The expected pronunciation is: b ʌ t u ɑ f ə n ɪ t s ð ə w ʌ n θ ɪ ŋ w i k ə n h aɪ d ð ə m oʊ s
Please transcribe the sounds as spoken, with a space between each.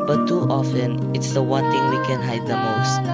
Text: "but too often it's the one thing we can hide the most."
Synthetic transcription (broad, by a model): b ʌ t u ɑ f ə n ɪ t s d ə w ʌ n t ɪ ŋ w i k ə n h aɪ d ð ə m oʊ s